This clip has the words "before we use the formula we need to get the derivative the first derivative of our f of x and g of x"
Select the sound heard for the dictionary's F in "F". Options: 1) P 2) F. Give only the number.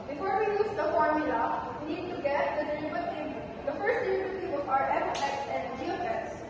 1